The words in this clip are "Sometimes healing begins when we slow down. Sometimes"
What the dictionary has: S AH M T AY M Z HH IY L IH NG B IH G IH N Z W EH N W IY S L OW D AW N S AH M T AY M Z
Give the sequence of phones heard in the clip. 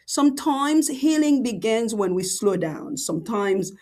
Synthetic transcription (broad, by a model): S AH M T AY M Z HH IY L IH NG B IH G IH N Z W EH N W IY S L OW D AW N S AH M T AY M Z